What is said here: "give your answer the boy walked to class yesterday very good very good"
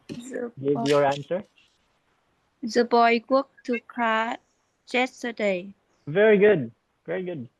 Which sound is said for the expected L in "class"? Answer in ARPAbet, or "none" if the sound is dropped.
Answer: none